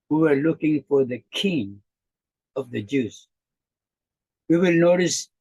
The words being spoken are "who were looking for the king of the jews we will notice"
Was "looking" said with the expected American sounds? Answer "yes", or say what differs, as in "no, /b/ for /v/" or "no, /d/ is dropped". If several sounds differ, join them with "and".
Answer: yes